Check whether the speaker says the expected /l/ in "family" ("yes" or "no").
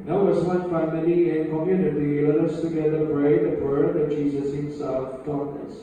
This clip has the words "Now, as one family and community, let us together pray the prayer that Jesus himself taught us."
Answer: no